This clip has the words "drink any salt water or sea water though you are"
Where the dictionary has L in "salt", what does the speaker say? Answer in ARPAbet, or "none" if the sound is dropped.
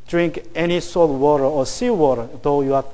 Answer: none